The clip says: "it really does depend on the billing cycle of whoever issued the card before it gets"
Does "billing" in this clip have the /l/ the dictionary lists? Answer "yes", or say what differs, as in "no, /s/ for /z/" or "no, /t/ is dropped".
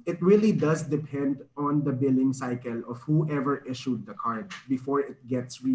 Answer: yes